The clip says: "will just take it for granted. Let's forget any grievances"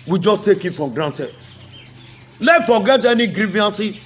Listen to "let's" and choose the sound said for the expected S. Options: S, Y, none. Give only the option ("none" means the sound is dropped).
none